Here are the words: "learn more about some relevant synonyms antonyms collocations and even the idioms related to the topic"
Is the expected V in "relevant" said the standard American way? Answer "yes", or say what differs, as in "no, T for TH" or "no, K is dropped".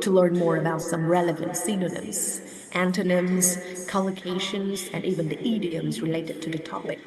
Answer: yes